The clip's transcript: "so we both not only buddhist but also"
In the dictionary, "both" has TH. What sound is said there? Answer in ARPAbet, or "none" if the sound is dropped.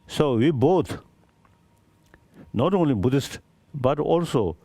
T